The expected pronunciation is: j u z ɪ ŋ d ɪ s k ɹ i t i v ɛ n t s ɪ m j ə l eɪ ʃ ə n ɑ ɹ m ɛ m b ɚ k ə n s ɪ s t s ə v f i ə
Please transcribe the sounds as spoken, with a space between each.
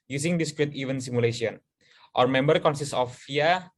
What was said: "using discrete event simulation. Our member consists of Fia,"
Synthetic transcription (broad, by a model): j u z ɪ ŋ d ɪ s k ɹ i t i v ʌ n s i m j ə l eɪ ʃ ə n ɑ ɹ m ɛ m b ɚ k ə n s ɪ s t ə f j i